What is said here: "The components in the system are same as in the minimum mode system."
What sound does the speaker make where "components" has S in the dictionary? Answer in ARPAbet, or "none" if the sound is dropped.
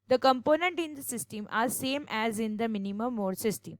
none